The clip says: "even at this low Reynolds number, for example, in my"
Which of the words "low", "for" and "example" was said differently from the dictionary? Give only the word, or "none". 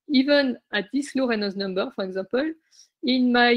example